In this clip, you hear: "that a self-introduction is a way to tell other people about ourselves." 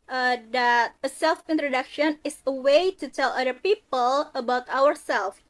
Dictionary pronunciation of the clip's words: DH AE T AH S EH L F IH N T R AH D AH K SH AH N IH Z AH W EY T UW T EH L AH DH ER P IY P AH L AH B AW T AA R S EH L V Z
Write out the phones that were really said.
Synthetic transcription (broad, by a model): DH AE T AH S EH L F IH N T R AH D AH K SH AH N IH S AH W EY T UW T EH L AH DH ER P IY P AH L AH B AW T AA R S EH L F